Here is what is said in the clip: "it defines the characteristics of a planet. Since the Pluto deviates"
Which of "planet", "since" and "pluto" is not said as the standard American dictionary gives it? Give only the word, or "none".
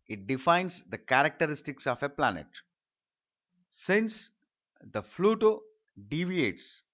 pluto